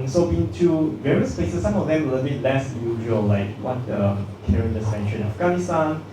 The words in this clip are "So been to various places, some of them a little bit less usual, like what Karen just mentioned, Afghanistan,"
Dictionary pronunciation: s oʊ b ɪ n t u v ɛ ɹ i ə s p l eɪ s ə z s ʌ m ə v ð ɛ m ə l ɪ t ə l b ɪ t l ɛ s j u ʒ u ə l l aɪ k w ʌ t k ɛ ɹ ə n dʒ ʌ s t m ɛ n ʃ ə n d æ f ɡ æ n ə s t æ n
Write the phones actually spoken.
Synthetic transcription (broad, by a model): s oʊ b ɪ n t u v ɛ ɹ i ə s p l eɪ s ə s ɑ m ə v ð ɛ m ə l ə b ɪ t l ɛ s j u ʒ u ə l l aɪ k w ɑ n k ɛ ɹ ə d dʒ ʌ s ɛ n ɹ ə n æ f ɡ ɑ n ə s t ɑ n